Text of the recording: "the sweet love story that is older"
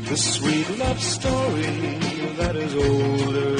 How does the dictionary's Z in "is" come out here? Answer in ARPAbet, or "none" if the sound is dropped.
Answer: Z